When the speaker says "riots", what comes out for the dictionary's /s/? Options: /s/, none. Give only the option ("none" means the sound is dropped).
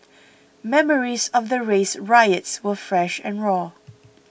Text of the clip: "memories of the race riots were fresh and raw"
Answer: /s/